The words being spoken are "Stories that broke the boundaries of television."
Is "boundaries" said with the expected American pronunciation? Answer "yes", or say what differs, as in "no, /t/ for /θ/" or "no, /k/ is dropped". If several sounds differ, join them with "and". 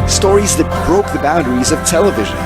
yes